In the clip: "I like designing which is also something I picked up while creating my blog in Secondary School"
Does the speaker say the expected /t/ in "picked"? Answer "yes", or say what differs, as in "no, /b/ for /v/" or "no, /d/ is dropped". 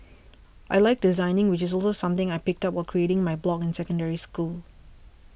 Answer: yes